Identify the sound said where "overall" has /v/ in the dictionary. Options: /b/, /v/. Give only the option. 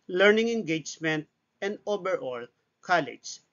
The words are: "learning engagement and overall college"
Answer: /b/